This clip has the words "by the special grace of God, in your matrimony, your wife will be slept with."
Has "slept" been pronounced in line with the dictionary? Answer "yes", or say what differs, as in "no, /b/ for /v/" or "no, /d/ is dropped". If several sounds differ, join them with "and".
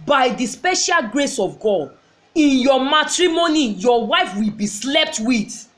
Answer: yes